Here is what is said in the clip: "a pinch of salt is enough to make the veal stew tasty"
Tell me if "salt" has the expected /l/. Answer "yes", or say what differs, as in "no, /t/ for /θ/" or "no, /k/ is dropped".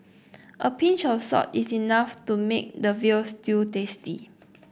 no, /l/ is dropped